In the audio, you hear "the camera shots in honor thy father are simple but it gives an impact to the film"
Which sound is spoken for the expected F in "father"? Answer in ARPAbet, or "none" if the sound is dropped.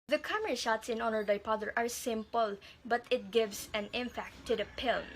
P